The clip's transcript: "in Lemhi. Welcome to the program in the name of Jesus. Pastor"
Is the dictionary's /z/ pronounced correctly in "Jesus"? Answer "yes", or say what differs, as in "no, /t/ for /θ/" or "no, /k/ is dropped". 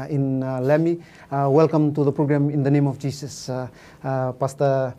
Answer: no, /s/ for /z/